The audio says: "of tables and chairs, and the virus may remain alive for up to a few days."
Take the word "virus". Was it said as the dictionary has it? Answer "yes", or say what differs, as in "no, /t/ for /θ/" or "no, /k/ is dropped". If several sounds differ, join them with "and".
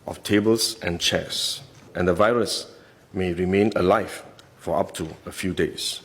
yes